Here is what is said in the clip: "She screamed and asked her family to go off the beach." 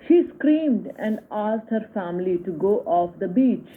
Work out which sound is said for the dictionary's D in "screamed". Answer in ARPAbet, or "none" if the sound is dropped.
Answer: D